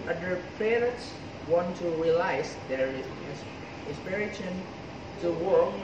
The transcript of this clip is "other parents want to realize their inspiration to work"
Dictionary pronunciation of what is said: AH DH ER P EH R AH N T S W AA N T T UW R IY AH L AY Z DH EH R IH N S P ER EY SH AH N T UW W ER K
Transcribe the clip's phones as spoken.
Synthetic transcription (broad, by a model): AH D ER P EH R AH T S W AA N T T UW R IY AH L AY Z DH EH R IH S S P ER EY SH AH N T UW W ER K